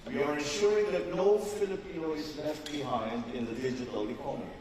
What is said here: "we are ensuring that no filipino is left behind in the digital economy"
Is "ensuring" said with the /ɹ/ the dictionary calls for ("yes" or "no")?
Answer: yes